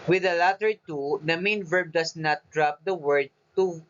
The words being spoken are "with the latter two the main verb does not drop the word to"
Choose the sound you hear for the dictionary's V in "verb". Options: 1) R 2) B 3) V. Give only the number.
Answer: 3